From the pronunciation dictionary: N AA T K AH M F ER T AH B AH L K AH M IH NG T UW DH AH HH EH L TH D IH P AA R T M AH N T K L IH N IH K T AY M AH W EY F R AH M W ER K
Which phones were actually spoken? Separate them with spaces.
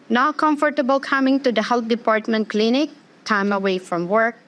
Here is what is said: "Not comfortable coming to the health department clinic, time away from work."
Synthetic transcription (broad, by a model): N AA K AH M F ER T AH B AH L K AH M IH NG T UW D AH HH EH L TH D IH P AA R T M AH N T K L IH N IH K T AY M AH W EY F R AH M W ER K